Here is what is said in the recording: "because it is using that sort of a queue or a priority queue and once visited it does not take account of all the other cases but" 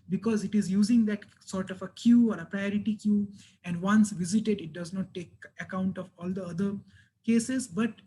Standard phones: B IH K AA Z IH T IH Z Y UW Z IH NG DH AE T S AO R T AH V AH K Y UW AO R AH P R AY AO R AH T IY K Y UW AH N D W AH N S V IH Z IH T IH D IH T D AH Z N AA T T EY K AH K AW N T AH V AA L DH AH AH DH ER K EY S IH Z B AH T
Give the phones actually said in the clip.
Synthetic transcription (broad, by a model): B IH K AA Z IH T IH Z Y UW Z IH NG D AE T S AO R T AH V AH K Y UW AO R AH P R AY AO R AH T IY K Y UW AH N D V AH N S V IH Z IH T IH D IH T D AH Z N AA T T EY K AH K AW N T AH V AA L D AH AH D ER K EY S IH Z B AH T